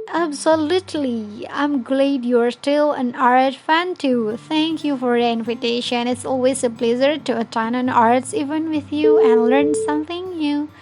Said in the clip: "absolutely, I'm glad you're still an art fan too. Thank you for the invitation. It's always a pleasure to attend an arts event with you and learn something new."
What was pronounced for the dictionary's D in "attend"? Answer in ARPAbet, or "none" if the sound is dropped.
none